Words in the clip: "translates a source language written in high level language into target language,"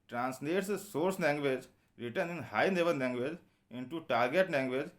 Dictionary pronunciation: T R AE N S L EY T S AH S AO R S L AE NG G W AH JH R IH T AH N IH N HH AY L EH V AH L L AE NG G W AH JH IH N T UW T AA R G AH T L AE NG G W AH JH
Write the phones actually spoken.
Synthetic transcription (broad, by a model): T R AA N S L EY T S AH S AO R S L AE NG G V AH JH R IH T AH N IH N HH AY N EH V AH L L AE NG G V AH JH IH N T UW T AA R G AH T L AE NG G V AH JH